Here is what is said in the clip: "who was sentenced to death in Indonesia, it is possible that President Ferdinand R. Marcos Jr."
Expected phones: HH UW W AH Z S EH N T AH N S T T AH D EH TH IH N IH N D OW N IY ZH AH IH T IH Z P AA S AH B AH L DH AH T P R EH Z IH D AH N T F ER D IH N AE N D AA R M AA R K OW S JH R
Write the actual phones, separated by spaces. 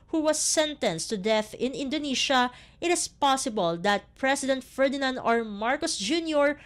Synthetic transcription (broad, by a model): HH UW W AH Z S EH N T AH N S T T AH D EH TH IH N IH N D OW N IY SH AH IH T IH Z P AA S AH B AH L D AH T P R EH S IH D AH N T F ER D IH N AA N D AA R M AA R K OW S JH R